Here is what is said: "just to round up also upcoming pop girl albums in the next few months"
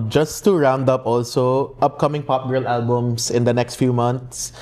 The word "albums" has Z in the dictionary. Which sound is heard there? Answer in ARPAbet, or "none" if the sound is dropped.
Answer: S